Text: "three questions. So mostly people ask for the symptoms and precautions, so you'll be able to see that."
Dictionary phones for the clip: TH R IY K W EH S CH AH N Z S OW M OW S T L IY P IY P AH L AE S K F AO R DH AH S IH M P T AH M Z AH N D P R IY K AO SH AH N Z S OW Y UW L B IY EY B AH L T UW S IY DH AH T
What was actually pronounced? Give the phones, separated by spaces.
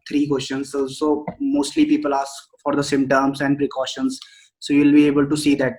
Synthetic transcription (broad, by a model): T R IY K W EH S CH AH N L S OW M OW S T L IY P IY P AH L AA S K F AO R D AH S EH M T AH M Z AH N D P R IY K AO SH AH N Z S OW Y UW L B IY EY B AH L T UW S IY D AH T